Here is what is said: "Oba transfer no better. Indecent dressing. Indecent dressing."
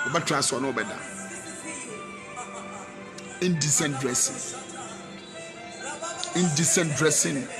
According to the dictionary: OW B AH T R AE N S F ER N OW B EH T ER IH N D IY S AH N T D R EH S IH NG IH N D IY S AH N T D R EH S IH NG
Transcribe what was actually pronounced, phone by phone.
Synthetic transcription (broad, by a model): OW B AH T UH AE S AO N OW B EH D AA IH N D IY S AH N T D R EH S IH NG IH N D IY S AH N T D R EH S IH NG